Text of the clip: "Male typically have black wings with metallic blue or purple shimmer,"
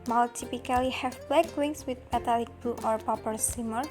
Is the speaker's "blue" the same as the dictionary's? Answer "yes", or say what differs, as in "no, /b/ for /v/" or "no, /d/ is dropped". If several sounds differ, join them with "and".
no, /l/ is dropped